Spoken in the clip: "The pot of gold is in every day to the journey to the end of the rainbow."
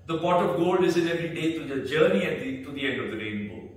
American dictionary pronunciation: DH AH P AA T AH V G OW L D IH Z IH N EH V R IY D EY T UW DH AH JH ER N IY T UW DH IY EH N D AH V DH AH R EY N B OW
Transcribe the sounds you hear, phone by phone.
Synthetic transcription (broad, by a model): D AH B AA T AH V G OW L D IH Z IH N EH V R IY D EY T UW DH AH JH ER N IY T UW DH IY EH N D AH V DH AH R EY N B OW